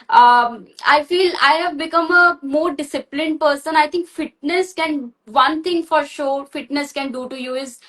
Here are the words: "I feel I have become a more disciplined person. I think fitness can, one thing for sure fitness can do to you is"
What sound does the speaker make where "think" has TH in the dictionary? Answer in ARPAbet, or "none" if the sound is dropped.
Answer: T